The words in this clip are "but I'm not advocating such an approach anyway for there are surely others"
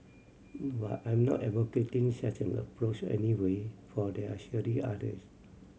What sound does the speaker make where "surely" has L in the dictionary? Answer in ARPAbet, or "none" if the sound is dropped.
none